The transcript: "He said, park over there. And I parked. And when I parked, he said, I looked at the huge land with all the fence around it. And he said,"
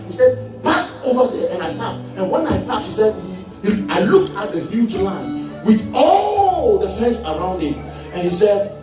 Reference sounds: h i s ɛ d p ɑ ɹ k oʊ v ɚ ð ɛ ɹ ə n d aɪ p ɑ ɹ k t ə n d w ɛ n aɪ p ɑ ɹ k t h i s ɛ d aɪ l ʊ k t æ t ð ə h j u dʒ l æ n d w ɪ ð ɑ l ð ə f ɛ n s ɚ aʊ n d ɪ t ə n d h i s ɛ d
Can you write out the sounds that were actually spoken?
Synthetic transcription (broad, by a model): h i s ɛ d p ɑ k oʊ v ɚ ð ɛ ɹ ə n aɪ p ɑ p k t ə n w ɛ n aɪ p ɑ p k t h i s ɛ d aɪ l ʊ k ɑ t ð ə h j u dʒ l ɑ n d w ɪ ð ɑ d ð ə f ɛ n s ɚ aʊ n d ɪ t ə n h i s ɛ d